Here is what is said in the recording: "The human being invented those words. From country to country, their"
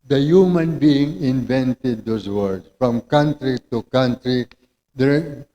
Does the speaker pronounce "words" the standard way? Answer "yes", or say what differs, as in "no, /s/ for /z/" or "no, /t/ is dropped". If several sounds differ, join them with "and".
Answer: no, /z/ is dropped